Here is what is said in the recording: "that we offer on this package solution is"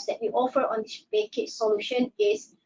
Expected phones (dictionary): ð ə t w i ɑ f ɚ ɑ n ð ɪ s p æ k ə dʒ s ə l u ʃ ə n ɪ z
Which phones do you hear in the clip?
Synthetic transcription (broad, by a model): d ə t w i ɑ f ɚ ɑ n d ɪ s b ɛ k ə tʃ s ə l u ʃ ə n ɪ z